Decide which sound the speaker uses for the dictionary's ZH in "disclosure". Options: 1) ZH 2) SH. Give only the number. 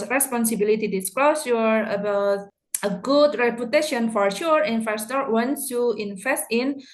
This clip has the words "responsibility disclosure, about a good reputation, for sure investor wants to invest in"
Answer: 2